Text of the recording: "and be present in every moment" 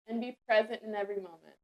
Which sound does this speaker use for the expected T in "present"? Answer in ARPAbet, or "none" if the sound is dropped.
T